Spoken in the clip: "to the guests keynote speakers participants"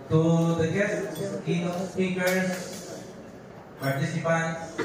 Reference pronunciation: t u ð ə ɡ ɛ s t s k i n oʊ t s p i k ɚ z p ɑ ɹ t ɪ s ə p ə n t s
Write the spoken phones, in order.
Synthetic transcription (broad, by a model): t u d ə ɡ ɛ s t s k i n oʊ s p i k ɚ s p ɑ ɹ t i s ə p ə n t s